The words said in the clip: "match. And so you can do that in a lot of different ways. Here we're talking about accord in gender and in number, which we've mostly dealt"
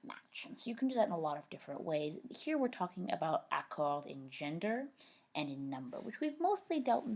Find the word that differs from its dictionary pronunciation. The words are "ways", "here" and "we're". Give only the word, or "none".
none